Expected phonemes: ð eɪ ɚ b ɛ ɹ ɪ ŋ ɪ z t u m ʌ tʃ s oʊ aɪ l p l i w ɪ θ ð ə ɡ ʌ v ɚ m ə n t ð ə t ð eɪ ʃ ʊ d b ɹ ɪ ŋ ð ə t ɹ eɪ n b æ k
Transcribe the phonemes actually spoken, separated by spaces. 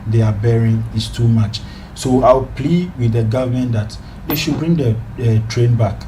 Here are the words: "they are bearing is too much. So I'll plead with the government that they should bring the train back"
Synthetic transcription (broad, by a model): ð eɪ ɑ b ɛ ɹ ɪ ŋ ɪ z t u m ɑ tʃ s oʊ aɪ w p l i w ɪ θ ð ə ɡ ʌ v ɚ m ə n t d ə t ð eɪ ʃ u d b ɹ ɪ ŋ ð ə t ɹ eɪ n b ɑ k